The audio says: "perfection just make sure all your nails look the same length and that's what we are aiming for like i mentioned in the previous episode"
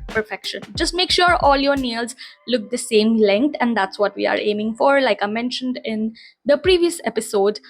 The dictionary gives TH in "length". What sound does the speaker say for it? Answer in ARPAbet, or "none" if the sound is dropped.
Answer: T